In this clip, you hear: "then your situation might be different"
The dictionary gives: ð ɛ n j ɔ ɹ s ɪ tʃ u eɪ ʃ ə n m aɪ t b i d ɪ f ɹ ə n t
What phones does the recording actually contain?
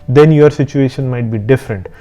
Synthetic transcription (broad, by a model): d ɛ n j ɔ ɹ s ɪ tʃ u eɪ ʃ ə n m aɪ t b i d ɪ f ɹ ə n t